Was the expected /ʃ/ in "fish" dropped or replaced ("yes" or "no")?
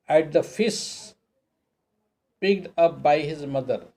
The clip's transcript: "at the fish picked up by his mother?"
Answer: yes